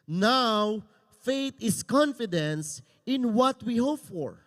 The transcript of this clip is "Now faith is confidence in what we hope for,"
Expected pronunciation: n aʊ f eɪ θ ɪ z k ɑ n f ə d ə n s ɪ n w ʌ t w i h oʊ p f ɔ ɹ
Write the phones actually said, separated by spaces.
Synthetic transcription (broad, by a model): n aʊ f eɪ t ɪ s k ɑ n f ə d ə n s ɪ n w ʌ t w i h oʊ p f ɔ ɹ